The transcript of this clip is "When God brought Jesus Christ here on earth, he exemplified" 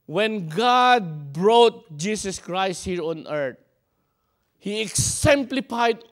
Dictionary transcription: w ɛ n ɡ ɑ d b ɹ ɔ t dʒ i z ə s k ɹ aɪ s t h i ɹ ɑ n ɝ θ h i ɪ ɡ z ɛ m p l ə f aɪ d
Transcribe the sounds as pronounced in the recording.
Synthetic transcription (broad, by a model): w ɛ n ɡ ɑ d b ɹ ɔ t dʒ i s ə s k ɹ aɪ s t h i ɹ ɑ n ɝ t h i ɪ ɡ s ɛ m p l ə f aɪ d